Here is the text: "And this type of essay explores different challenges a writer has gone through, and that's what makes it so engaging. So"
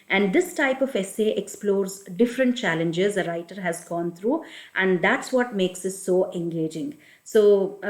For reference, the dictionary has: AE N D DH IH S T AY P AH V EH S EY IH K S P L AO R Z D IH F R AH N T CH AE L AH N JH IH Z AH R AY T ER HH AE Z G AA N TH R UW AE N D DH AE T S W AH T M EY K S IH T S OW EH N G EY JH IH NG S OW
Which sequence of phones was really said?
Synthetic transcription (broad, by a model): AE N D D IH S T AY P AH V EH S EY IH K S P L AO R Z D IH F R AH N T CH AE L AH N JH IH Z AH R AY T ER HH AE Z G AA N T R UW AE N D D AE T S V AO T M EY K S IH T S OW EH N G EY JH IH NG S OW